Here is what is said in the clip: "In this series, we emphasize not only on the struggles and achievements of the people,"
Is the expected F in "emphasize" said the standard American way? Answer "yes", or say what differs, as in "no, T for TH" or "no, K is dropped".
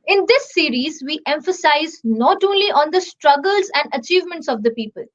yes